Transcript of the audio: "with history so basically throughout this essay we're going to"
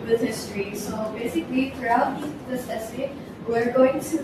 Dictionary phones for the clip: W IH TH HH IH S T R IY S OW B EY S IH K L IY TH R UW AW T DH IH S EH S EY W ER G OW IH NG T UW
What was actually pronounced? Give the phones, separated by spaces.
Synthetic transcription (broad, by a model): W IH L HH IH S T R IY S OW B EY S IH K L IY T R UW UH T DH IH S EH S EY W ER G OW IH NG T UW